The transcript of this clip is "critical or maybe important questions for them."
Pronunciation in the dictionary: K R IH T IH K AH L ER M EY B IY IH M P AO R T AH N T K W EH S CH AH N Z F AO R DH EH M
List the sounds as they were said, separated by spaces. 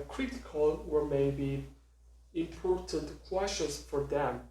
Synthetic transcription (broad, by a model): K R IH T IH K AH L ER M EY B IY IH M P AO R T AH N T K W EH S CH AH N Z F AO R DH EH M